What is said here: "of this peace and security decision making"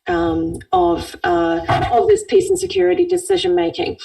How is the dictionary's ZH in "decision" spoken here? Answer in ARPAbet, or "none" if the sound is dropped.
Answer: ZH